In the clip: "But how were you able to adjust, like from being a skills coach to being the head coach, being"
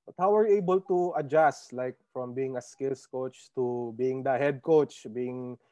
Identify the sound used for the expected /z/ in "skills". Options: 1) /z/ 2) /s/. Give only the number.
2